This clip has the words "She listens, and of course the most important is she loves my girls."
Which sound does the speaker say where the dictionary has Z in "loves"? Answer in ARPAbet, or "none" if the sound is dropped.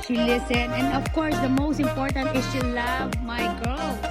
none